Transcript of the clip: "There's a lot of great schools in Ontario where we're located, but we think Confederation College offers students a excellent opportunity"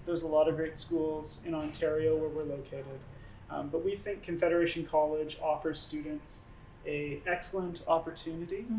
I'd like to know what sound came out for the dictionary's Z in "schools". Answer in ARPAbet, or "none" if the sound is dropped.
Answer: Z